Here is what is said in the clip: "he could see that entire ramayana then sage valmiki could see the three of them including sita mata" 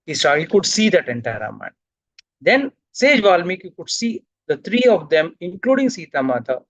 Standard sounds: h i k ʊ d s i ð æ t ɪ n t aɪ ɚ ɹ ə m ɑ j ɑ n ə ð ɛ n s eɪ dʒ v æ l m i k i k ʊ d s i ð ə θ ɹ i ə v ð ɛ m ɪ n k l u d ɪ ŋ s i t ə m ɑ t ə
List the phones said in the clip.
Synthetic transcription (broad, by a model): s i k ʊ d s i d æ t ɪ n t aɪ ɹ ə m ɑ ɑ ə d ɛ n s eɪ dʒ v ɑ l m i k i k ʊ d s i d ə t ɹ i ə v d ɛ m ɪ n k l u d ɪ ŋ s i t ə m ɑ t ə